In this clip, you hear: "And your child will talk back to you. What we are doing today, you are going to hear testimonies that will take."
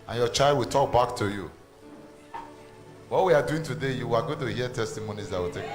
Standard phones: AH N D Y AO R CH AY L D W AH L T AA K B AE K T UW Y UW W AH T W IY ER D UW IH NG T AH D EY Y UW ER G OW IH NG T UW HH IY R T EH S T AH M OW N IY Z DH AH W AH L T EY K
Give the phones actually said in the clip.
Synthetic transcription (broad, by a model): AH N Y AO CH AY L D W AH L T AA K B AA K T UW Y UW W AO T W IY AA D UW IH NG T AH D EY Y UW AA G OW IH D T UW HH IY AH T EH S T AH M OW N IY Z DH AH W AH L T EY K